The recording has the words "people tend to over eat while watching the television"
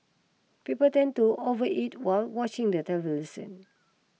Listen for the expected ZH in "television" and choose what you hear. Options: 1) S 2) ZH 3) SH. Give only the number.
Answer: 1